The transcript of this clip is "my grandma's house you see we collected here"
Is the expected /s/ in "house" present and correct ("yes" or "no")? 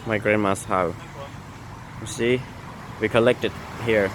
no